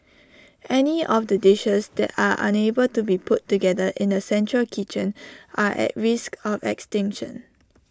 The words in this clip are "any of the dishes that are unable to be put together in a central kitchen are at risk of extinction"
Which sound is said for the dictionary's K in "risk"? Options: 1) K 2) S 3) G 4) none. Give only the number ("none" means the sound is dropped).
1